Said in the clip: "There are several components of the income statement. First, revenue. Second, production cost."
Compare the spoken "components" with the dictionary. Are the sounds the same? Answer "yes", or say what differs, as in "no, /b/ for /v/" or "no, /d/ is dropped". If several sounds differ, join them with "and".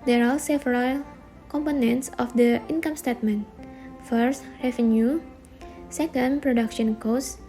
yes